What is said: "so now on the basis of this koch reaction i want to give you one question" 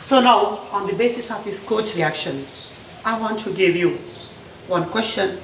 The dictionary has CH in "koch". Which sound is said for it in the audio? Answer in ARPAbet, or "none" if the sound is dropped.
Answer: CH